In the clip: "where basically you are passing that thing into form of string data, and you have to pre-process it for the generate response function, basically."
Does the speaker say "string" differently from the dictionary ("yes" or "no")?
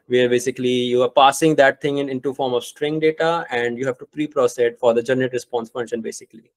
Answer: no